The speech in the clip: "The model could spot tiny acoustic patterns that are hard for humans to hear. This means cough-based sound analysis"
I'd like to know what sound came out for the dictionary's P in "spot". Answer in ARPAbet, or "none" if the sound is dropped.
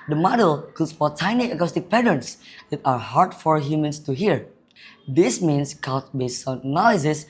F